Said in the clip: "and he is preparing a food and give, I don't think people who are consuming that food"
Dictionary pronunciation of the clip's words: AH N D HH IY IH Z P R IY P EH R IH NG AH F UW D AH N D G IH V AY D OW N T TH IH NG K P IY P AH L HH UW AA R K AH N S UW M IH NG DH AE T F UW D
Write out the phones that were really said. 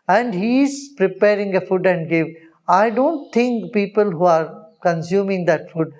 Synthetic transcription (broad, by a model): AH N D HH IY IH Z P R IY P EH R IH NG AH F UW D AH N D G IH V AY D OW N T T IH NG K P IY P AH L HH UW AA R K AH N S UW M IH NG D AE T F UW D